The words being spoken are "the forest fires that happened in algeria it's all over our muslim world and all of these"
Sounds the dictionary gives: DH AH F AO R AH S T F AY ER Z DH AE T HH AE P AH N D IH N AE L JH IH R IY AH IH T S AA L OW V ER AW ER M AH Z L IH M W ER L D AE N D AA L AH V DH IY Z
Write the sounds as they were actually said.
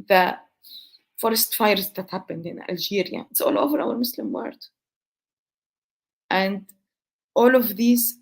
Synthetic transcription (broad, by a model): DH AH F AO R AH S T F AY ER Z DH AE T HH AE P AH N D IH N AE L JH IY R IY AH IH T S AA L OW V ER AW ER M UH S L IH M W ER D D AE N D AA L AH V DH IY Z